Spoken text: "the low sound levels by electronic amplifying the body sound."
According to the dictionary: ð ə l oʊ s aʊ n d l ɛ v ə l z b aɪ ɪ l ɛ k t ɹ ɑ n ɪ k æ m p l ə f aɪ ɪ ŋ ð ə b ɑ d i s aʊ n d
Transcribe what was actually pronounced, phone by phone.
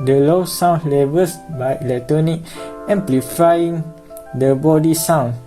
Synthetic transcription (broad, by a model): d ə l oʊ s aʊ n l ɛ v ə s b aɪ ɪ l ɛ t ɑ n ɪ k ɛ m p l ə f aɪ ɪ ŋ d ə b ɑ d i s aʊ n